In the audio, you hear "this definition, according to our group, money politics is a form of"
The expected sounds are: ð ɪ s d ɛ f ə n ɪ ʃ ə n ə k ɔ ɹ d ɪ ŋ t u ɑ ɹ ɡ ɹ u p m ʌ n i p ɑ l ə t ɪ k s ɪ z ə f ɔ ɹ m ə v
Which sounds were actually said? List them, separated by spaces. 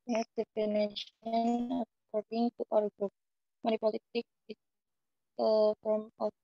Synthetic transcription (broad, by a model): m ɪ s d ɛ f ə n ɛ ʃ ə n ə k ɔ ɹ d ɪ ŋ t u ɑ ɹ ɡ ɹ u p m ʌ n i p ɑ l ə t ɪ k ɪ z ə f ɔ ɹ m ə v